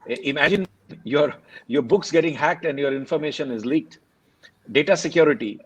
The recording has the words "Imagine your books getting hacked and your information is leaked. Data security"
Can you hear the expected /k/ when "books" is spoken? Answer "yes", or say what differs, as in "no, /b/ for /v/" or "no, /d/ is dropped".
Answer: yes